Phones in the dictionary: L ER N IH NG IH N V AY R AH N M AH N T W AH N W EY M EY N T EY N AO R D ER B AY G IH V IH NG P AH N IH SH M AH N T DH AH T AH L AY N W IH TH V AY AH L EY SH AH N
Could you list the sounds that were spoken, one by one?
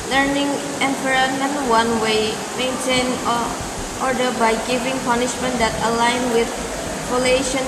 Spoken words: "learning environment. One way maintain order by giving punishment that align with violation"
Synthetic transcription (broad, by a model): L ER N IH NG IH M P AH R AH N AH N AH W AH N W EY M EY N T EY N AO R D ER B AY G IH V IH NG P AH N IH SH M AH N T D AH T AH L AY N W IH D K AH L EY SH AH N